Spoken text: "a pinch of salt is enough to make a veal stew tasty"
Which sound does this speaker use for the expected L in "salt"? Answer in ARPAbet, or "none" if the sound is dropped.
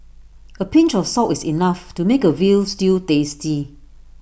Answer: none